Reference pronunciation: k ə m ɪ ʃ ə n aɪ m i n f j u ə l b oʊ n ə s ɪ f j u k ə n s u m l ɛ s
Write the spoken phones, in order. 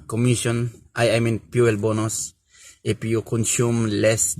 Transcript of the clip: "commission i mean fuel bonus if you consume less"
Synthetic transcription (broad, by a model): k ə m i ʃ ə n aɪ m i n p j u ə l b oʊ n ə s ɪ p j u k ə n s u m l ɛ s